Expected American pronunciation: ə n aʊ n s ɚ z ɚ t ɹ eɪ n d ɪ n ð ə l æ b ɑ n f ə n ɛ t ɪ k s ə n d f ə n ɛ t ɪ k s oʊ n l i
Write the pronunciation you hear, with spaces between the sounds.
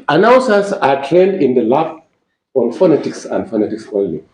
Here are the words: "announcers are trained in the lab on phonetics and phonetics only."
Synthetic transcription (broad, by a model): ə n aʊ n s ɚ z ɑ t eɪ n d ɪ n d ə l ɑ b ɑ n f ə n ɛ t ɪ k s ə n d f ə n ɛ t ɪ k s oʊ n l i